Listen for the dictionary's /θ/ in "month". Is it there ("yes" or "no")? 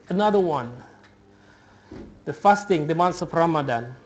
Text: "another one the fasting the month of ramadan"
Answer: no